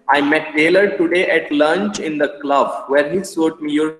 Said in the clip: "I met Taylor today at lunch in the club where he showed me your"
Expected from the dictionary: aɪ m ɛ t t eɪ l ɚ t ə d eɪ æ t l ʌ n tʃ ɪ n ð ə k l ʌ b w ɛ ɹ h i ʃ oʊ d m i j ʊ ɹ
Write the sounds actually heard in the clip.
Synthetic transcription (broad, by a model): aɪ m ɛ t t eɪ l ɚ t ə d eɪ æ t l ʌ n tʃ ɪ n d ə k l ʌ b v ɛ ɹ h i s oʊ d m i j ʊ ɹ